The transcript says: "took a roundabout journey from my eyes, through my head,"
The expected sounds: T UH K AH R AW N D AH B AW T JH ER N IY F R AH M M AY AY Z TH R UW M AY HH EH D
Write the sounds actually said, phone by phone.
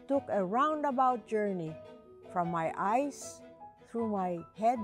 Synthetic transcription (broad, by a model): T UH K AH R AW N D AH B AW T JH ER N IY F R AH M M AY AY S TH R UW M AY HH EH D